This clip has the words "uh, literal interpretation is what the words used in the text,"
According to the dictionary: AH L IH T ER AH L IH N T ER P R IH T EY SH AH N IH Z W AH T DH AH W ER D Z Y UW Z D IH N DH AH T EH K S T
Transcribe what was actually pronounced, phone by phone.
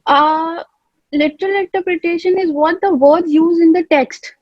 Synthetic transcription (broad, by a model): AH L IH T ER AH L IH N T ER P R IH T EY SH AH N IH Z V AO T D AH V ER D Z Y UW Z IH N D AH T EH K S T